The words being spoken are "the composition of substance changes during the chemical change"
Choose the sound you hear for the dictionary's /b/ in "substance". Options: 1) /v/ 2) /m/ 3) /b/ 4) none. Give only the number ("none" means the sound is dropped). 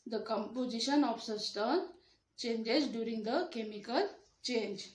4